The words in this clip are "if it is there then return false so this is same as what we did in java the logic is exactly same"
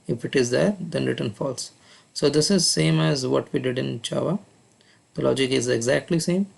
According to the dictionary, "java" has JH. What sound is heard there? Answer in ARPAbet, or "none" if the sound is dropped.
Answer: CH